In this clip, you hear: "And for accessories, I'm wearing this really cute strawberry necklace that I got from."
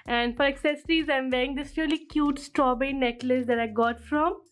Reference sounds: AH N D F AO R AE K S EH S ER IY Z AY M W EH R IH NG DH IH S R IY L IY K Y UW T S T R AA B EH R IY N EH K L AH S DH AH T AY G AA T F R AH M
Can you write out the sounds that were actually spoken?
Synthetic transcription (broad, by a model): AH N D F AO R AE K S EH S ER IY Z AY M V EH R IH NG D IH S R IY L IY K Y UW T S T R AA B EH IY N EH K L AH S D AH T AY G AA T F R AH M